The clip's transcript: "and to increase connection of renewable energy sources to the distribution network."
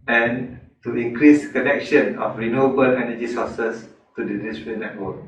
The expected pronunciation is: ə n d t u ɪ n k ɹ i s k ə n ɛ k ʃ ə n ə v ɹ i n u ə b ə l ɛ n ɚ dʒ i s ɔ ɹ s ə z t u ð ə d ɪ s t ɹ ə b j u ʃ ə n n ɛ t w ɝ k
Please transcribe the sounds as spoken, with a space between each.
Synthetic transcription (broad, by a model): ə n t u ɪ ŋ k ɹ i s k ə n ɛ k ʃ ə n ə f ɹ i n u ə b ə l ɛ n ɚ dʒ i s ɔ s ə s t u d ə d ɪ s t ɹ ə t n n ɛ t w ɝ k